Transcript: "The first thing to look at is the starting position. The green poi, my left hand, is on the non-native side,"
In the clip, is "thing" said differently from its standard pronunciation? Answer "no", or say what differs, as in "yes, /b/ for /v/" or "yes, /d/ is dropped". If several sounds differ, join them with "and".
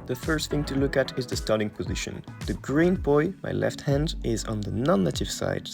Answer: no